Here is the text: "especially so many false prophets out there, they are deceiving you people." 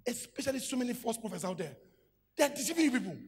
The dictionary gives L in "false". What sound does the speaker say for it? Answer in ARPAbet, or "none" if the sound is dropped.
none